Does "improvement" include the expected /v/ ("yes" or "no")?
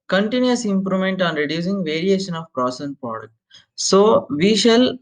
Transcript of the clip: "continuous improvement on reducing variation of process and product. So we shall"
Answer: no